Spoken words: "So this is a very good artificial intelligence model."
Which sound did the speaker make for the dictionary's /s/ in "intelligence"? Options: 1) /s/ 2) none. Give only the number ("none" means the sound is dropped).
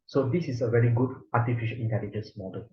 1